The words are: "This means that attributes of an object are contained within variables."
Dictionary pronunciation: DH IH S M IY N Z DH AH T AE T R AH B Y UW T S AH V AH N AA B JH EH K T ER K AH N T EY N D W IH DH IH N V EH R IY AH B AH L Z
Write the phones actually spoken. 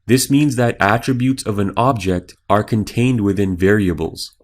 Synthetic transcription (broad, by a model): DH IH S M IY N Z DH AH T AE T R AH B Y UW T S AH V AH N AA B JH EH K T ER K AH N T EY N D W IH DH IH N V EH R IY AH B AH L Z